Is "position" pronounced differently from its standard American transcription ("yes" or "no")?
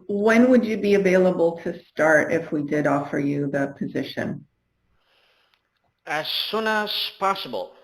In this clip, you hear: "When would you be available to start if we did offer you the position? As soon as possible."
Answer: no